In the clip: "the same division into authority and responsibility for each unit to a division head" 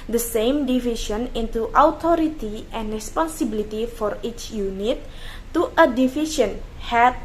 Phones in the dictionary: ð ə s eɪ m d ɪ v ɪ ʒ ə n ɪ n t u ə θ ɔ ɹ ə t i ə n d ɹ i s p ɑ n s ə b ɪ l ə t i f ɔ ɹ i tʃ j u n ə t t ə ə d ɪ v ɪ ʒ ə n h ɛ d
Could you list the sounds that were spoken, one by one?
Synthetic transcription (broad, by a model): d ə s eɪ m d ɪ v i ʃ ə n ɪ n t u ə t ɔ ɹ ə t i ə n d ɹ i s p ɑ n s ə b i l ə t i f ɔ ɹ i tʃ j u n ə t t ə ə d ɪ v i ʃ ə n h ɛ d